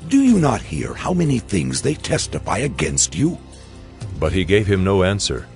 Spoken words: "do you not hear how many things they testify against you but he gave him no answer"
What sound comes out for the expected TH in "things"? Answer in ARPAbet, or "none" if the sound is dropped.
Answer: TH